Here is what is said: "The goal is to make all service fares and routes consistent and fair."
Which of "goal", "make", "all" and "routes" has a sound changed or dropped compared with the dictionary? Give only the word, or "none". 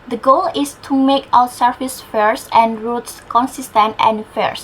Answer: all